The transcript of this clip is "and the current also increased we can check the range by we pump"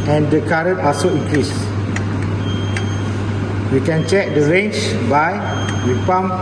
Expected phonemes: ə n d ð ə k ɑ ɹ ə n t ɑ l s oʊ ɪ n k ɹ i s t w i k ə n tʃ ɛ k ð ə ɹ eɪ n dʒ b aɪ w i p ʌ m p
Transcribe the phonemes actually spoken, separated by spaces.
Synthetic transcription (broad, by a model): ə n d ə k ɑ ɹ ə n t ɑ s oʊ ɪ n k ɹ i s w i k ə n tʃ ɛ k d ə ɹ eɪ n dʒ b aɪ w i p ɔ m